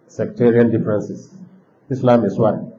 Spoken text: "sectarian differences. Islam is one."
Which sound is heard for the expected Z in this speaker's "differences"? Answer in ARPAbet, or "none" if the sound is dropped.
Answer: S